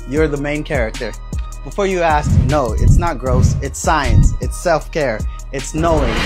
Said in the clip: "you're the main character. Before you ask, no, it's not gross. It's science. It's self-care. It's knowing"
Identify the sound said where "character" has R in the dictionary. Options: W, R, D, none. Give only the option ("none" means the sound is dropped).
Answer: R